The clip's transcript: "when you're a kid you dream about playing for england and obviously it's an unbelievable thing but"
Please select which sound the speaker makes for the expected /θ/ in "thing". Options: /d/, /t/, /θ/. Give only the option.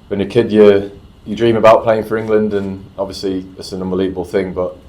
/θ/